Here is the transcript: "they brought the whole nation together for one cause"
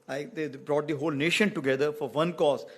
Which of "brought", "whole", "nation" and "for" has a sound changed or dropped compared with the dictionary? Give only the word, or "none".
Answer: none